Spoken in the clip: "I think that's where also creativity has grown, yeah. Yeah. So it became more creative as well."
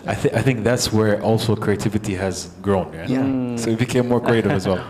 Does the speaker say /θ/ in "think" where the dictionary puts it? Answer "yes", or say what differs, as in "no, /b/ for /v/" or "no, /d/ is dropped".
yes